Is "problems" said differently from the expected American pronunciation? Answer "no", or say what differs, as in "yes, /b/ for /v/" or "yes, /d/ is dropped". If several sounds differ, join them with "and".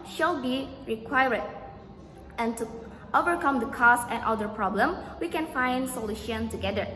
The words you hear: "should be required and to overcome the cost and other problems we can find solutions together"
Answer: yes, /z/ is dropped